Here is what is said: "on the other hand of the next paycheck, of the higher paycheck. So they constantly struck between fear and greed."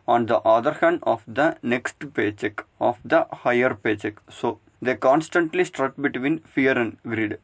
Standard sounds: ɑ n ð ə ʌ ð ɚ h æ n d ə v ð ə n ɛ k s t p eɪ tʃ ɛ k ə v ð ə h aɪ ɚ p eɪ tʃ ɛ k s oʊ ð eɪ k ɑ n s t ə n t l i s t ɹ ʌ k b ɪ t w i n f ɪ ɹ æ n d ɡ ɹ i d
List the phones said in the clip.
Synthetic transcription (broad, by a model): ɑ n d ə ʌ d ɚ h æ n d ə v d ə n ɛ k s t p eɪ tʃ ɛ k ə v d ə h aɪ ɚ p eɪ tʃ ɛ k s oʊ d eɪ k ɑ n s t ə n t l i s t ɹ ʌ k b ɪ t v i n f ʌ ɹ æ n d ɡ ɹ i d